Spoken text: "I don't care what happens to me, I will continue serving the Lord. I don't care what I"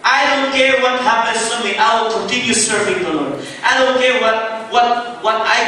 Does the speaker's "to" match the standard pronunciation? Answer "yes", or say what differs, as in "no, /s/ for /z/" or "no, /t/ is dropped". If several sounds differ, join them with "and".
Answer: no, /s/ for /t/